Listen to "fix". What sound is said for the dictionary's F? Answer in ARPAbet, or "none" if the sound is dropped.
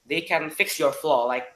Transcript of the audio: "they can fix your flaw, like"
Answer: F